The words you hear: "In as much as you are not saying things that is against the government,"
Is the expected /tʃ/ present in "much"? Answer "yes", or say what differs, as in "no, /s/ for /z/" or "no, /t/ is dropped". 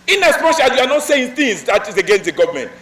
no, /ʃ/ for /tʃ/